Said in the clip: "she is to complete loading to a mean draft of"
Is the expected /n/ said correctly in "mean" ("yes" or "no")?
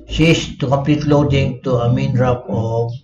yes